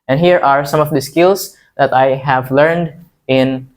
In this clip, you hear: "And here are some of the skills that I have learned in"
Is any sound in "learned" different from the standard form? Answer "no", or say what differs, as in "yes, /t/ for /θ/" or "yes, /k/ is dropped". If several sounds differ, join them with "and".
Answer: no